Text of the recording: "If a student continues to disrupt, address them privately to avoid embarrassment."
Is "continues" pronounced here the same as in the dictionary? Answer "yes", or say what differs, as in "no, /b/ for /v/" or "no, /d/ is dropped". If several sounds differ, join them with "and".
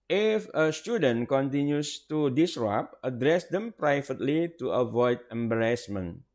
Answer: no, /s/ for /z/